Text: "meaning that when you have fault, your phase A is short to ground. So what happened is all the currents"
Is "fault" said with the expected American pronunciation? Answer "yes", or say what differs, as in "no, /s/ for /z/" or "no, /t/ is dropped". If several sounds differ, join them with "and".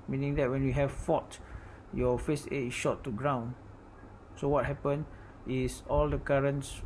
no, /l/ is dropped